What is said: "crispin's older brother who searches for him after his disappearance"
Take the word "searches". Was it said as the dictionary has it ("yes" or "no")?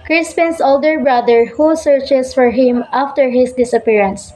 no